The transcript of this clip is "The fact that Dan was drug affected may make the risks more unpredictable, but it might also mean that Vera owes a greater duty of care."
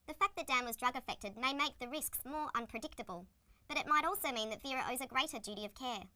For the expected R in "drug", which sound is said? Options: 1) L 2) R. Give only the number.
2